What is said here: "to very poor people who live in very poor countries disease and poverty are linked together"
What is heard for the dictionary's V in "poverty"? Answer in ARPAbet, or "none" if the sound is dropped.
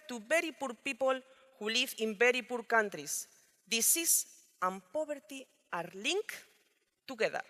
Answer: B